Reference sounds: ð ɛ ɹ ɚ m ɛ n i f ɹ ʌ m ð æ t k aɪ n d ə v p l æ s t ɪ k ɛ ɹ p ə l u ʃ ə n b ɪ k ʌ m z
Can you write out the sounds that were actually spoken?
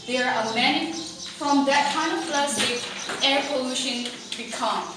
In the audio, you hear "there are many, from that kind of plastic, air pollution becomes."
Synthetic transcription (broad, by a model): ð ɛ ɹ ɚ m ɛ n i f ɹ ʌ m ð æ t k aɪ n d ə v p l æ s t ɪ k ɛ ɹ p ə l u ʃ ə n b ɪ k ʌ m